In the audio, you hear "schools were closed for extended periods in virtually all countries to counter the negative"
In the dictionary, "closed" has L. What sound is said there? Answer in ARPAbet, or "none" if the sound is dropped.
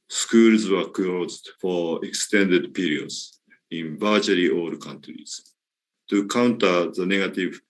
none